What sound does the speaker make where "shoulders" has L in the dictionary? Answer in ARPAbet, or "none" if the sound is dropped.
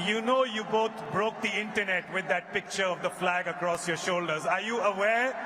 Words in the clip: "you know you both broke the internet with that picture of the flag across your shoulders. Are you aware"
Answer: L